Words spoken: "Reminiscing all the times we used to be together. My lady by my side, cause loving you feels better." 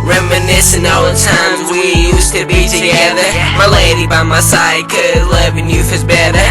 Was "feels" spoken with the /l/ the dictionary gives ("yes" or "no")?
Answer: no